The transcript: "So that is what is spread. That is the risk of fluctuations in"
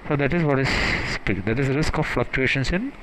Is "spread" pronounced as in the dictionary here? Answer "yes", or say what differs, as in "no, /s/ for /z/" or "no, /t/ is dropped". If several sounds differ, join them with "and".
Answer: no, /ɹ/ is dropped